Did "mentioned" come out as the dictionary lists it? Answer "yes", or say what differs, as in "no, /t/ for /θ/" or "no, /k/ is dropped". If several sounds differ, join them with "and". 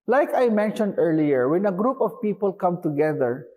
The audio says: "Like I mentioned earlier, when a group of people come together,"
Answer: yes